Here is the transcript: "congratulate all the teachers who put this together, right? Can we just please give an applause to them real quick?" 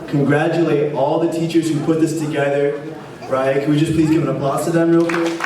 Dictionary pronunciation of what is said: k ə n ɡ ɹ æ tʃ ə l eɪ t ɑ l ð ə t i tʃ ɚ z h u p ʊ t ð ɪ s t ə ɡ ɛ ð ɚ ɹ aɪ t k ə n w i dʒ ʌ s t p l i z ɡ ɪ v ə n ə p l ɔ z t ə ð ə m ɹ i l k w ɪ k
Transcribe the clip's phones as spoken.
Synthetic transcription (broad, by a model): k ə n ɡ ɹ æ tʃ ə l eɪ t ɑ l ð ə t i tʃ ɚ z h u p ʊ t ð ɪ s t ə ɡ ɛ ð ɚ ɹ aɪ t k ə n w i dʒ ʌ s p l i z ɡ ɪ v ə n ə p ɔ s t ə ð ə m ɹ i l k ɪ